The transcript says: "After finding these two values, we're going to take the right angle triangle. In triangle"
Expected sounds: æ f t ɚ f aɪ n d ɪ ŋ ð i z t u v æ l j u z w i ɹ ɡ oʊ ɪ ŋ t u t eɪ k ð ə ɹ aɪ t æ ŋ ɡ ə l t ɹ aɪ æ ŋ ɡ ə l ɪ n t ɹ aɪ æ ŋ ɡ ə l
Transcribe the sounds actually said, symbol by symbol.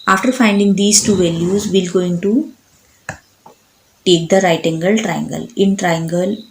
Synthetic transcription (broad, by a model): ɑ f t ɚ f aɪ n d ɪ ŋ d i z t u v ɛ l j u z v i l ɡ oʊ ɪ ŋ t u t eɪ k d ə ɹ aɪ t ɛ ŋ ɡ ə l t ɹ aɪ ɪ ŋ ɡ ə l ɪ n t ɹ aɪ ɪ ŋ ɡ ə l